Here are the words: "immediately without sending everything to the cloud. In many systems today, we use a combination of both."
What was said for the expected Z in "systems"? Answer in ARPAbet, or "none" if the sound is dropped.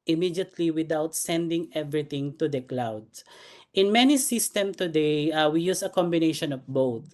none